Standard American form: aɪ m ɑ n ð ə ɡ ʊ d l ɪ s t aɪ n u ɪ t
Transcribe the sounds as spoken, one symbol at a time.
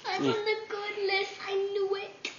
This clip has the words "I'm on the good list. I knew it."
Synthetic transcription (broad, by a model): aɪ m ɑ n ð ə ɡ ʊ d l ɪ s aɪ n u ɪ t